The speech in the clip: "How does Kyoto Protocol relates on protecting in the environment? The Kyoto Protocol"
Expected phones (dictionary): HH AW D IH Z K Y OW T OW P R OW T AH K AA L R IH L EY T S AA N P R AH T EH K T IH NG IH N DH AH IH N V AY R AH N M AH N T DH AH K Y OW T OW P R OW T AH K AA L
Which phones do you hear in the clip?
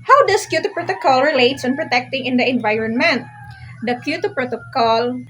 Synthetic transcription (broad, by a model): HH AW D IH S K Y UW T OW P R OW T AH K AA L R IH L EY T S AA N P R AH T EH K T IH NG IH N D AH IH N V AY R AH N M AH N T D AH K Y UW T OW P R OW T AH K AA L